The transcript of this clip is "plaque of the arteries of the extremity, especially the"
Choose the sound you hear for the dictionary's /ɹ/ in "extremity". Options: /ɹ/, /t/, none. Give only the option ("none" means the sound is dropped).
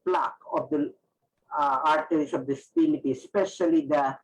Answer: none